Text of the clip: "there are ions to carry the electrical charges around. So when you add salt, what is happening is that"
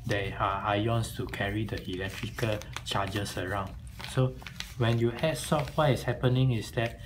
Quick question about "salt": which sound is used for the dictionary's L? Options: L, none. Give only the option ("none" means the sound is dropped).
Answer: none